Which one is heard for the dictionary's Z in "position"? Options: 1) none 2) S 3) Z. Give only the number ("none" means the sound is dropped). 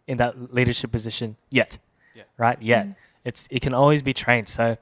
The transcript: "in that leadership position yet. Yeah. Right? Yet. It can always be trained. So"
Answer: 3